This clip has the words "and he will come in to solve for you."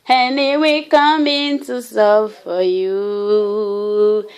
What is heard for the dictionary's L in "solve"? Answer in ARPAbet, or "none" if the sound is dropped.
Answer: none